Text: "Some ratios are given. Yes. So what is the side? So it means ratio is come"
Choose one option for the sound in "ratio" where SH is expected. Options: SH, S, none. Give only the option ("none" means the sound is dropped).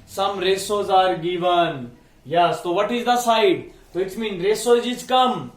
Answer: S